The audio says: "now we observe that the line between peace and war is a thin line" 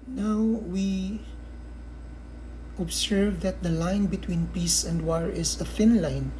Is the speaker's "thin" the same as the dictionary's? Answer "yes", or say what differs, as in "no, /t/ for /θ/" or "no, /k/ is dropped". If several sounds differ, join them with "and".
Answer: no, /f/ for /θ/